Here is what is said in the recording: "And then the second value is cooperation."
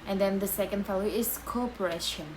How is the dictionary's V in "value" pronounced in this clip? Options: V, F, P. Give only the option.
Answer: F